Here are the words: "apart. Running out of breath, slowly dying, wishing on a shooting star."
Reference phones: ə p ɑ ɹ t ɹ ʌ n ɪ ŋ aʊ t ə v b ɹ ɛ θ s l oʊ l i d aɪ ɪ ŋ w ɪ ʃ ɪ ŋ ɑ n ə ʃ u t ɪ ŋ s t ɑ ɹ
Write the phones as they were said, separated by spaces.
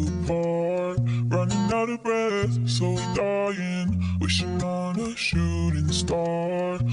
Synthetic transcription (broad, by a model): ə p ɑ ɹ ɹ ʌ n ɪ ŋ aʊ t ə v b ɹ ɛ θ s oʊ i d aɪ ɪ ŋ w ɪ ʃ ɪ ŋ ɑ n ə ʃ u t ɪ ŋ s t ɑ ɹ